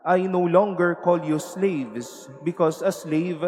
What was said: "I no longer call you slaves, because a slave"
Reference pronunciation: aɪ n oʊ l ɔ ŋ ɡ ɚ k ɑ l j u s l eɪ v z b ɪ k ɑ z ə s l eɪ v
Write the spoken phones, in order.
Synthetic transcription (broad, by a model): aɪ n oʊ l ɔ ŋ ɡ ɚ k ɑ l j u s l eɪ v s b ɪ k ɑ s ə s l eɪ v